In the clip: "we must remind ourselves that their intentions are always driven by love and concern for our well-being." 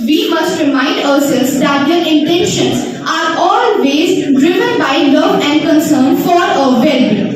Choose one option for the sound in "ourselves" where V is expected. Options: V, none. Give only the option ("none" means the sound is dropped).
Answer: none